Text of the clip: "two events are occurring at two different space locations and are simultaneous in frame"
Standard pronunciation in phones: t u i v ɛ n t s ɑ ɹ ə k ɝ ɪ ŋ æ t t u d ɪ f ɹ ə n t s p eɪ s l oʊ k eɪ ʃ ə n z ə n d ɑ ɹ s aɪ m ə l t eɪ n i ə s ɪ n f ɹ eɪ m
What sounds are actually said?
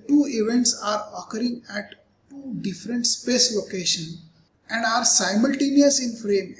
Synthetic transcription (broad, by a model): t u i v ɛ n t s ɑ ɹ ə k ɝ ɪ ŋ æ t t u d ɪ f ɹ ə n t s p eɪ s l oʊ k eɪ ʃ ə n ə n d ɑ ɹ s aɪ m ə l t eɪ n i ə s ɪ n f ɹ eɪ m